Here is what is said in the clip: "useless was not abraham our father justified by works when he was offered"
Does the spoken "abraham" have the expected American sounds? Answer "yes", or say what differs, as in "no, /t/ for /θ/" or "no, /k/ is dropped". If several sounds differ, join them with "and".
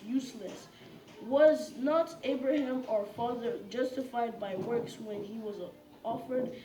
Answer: yes